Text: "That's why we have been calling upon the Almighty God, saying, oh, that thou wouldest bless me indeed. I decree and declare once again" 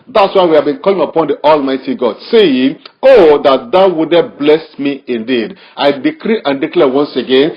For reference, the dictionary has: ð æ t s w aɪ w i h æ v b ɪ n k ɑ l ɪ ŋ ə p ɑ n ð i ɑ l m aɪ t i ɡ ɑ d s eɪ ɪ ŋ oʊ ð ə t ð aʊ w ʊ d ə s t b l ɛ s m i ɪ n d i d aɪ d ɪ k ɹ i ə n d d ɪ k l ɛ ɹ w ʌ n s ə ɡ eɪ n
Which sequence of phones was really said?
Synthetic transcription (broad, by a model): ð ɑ t s w aɪ w i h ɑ v b ɪ n k ɑ l ɪ ŋ ə p ɑ n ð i ɑ l m aɪ t i ɡ ɑ d s eɪ ɪ ŋ oʊ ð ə t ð aʊ w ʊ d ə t b l ɛ s m i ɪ n d i d aɪ d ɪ k ɹ i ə n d d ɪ k l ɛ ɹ w ʌ n s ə ɡ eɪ n